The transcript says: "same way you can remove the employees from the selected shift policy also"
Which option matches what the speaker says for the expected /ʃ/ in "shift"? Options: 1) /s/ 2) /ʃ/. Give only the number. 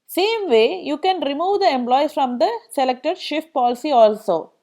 2